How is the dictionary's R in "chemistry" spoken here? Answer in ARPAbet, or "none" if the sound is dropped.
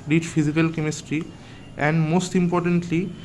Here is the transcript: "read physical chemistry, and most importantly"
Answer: R